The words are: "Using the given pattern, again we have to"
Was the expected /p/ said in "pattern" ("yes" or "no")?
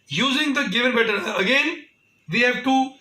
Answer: no